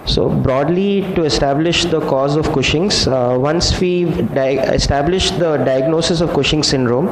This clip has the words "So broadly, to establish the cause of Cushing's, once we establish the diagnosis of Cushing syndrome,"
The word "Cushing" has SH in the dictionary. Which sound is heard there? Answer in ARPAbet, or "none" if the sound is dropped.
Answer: SH